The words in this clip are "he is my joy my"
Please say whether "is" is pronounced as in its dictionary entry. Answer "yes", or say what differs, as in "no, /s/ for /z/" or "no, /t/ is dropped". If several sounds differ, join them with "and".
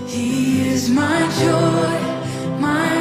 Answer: yes